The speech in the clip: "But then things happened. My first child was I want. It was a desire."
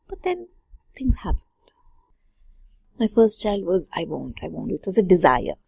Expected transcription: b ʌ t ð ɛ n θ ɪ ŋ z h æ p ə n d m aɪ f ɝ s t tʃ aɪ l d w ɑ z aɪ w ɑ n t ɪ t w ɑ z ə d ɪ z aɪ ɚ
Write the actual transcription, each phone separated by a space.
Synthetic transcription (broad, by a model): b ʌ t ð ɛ n t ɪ ŋ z h æ p ə n d m aɪ f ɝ s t tʃ aɪ l d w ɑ z aɪ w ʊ n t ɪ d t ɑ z ə d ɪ z aɪ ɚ